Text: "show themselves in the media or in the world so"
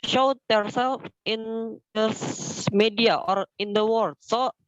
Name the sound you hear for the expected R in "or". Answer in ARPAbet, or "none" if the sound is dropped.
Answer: R